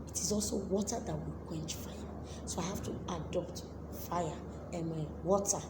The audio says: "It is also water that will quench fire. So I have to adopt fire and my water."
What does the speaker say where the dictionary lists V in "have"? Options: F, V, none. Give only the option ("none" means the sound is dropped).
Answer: F